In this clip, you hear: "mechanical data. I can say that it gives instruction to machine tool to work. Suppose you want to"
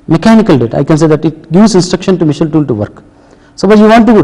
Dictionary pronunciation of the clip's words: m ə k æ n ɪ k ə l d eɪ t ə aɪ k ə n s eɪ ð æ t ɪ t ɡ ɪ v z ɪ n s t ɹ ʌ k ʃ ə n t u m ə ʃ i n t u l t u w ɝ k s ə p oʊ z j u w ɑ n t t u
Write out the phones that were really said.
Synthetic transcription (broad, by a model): m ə k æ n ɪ k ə l d eɪ t ə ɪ k ə n s eɪ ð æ t ɪ t ɡ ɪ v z ɪ n s t ɹ ʌ k ʃ ə n t u m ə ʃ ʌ l t u l t u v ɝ k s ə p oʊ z j u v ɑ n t t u